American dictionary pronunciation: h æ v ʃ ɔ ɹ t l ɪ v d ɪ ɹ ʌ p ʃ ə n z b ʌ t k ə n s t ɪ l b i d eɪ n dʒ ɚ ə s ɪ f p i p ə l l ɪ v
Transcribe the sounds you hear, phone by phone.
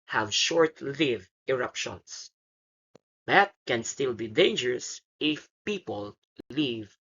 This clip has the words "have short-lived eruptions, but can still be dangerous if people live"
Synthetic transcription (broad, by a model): h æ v ʃ ɔ ɹ t l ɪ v ɪ ɹ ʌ p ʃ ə n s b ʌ t k ə n s t ɪ l b i d eɪ n dʒ ɚ ə s ɪ f p i p ə l l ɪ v